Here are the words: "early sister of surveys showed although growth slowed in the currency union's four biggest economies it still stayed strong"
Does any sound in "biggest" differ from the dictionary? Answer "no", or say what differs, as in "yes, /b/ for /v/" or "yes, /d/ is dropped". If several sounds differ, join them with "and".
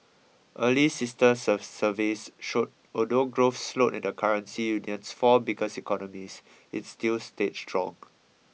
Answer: yes, /t/ is dropped